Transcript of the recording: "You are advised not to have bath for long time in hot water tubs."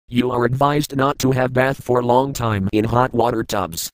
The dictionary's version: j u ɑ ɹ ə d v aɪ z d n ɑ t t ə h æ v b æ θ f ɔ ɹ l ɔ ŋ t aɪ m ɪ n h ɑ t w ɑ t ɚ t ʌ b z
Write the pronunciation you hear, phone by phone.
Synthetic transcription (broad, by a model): j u ɑ ɹ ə d v aɪ z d n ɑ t t ə h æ v b æ θ f ɔ ɹ l ɔ ŋ t aɪ m ɪ n h ɑ t w ɑ t ɚ t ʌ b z